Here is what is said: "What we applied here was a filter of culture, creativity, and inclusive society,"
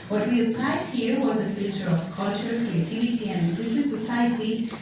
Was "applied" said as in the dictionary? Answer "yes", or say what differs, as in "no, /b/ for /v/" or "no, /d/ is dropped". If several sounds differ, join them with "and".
no, /l/ is dropped